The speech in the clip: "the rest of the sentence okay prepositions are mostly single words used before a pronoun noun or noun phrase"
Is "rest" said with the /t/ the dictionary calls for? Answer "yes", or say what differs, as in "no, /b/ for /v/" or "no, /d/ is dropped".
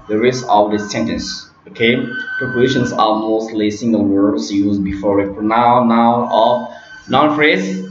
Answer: no, /t/ is dropped